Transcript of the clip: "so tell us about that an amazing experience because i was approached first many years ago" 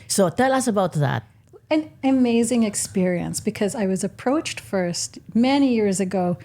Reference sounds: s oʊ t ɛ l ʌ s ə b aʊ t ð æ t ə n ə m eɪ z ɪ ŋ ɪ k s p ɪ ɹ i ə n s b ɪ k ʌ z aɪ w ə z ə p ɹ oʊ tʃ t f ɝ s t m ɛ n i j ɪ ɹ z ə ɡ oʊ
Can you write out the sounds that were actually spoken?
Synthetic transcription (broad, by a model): s oʊ t ɛ l ʌ s ə b aʊ t ð æ t ə n ə m eɪ z ɪ ŋ ɪ k s p ɪ ɹ i ə n s b ɪ k ʌ z aɪ w ə z ə p ɹ oʊ tʃ t f ɝ s t m ɛ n i j ɪ ɹ z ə ɡ oʊ